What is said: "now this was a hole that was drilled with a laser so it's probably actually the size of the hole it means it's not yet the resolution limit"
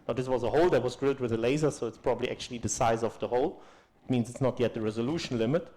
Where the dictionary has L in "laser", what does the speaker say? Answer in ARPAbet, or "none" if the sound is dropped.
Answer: L